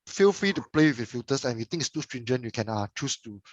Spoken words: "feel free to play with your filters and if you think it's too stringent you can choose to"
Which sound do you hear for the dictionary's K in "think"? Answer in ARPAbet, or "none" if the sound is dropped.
none